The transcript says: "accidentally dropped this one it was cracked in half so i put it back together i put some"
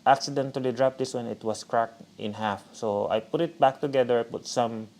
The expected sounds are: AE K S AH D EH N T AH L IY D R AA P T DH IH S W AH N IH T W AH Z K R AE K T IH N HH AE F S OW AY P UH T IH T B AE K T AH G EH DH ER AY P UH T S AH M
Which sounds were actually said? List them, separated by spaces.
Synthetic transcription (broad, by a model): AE K S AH D EH N T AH L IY D R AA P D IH S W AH N IH T W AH S K R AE K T IH N HH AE F S OW AY P UH T IH T B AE K T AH G EH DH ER AY P UH T S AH M